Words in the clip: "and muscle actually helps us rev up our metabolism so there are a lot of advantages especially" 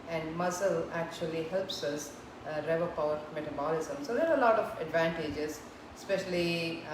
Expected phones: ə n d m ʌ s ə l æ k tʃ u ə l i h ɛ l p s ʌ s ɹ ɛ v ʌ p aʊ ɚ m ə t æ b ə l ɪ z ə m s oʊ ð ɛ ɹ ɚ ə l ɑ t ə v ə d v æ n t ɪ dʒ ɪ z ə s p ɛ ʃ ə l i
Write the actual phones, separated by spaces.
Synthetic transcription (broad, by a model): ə n d m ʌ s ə l æ k tʃ u ə l i h ɛ l p s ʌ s ɹ ɛ v ʌ p aʊ ɚ m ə t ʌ b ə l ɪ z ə m s oʊ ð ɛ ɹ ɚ ə l ɑ t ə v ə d v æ n t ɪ dʒ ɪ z s p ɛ ʃ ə l i